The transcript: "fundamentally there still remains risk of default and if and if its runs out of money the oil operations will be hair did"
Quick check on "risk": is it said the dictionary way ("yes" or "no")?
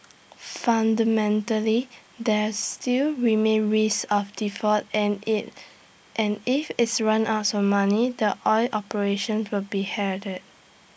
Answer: no